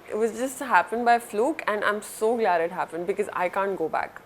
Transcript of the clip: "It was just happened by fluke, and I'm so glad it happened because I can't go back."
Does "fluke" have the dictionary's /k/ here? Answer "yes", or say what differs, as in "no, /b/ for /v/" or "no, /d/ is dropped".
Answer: yes